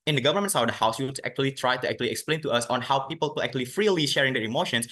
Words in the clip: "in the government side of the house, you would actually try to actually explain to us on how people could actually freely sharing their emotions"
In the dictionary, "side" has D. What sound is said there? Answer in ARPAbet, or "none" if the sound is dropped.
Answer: none